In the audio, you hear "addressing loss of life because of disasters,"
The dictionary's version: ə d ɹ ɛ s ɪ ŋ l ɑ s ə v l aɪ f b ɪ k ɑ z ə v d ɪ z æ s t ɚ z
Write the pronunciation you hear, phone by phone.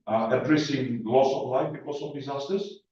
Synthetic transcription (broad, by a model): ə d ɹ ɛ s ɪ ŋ l ɑ s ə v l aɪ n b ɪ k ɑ s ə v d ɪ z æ s t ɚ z